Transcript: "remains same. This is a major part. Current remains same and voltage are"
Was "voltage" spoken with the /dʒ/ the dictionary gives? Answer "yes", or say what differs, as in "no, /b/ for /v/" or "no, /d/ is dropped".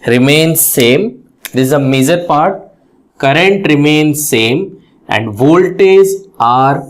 no, /z/ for /dʒ/